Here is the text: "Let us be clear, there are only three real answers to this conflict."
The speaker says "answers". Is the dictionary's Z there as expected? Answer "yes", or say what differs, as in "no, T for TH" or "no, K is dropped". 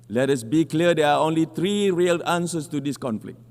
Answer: no, S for Z